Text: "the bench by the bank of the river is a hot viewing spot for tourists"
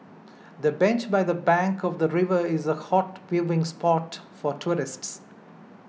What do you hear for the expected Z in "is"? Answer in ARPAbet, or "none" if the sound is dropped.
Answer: Z